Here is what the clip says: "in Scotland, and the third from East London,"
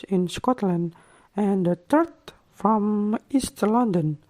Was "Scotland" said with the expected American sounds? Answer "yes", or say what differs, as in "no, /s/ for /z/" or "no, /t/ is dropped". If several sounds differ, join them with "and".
yes